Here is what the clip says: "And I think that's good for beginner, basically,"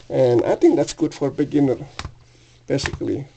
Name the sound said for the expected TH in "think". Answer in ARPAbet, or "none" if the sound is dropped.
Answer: T